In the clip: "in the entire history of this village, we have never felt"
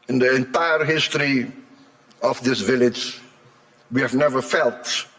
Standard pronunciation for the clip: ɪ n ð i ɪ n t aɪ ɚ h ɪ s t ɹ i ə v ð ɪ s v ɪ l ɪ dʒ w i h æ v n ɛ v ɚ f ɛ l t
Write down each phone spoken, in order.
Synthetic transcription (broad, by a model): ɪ n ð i ɪ n t aɪ ɚ h ɪ s t ɹ i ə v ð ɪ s v ɪ l ɪ dʒ w i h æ v n ɛ v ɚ f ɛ l t